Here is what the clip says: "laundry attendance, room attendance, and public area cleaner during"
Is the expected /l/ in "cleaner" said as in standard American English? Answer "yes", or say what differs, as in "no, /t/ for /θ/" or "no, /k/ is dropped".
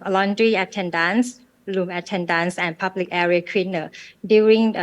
no, /w/ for /l/